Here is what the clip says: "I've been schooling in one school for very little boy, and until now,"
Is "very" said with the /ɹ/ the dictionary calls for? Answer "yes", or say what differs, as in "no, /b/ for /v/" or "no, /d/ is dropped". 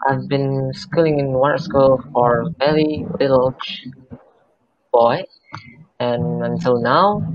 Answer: no, /l/ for /ɹ/